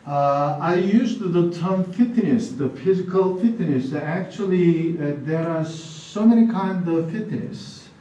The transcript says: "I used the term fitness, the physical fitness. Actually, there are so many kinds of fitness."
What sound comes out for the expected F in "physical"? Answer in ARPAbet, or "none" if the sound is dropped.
F